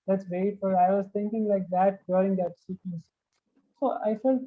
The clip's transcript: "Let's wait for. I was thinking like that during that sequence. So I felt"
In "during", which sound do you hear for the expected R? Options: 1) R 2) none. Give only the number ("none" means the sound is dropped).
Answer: 2